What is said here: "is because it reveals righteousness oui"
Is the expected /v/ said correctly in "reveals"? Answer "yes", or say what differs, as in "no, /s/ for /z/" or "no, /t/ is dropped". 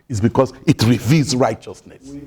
yes